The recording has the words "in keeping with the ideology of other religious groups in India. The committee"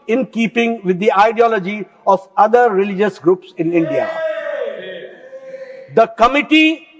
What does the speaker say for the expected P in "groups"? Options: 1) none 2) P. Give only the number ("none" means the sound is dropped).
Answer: 2